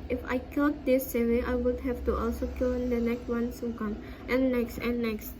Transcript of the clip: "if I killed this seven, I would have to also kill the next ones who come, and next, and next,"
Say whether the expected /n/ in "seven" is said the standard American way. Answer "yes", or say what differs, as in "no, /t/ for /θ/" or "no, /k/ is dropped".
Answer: no, /n/ is dropped